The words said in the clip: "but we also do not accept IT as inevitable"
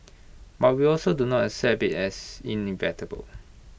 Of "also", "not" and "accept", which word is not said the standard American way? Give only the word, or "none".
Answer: accept